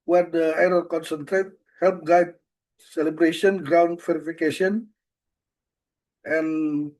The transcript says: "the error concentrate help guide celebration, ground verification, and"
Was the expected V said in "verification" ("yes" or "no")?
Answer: no